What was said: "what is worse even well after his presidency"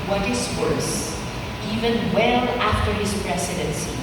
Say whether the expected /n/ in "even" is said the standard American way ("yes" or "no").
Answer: yes